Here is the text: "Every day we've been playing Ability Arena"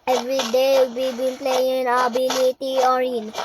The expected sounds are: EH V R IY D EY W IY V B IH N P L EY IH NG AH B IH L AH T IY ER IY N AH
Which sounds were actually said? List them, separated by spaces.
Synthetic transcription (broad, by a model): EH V R IY D EY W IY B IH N P L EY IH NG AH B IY N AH T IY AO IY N